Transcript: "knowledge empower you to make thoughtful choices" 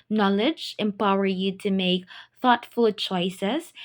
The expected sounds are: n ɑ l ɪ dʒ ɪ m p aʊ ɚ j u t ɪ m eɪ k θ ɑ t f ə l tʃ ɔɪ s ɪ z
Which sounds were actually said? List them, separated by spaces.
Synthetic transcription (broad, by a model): n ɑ l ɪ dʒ ɪ m p aʊ ɚ j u t ɪ m eɪ k θ ɑ t f ə l tʃ ɔɪ s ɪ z